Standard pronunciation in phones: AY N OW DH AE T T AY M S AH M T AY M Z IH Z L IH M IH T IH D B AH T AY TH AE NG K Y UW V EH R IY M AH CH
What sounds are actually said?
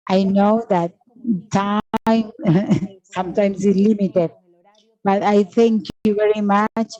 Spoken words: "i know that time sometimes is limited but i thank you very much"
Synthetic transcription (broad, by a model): AY N OW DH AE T T AY M S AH M T AY M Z IH Z L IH M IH T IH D B AH T AY T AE NG K Y UW V EH R IY M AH CH